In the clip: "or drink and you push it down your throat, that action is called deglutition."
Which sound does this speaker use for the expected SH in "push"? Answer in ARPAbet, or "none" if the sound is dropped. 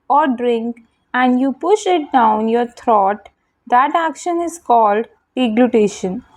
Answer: SH